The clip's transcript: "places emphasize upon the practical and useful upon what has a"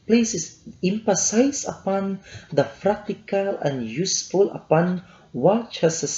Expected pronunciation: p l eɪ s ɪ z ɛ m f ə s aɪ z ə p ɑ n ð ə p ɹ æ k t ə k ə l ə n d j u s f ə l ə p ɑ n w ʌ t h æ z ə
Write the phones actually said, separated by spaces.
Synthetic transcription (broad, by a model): p l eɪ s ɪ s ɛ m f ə s aɪ s ə p ɑ n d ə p ɹ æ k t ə k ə l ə n j u s f ə l ə p ɑ n w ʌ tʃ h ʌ s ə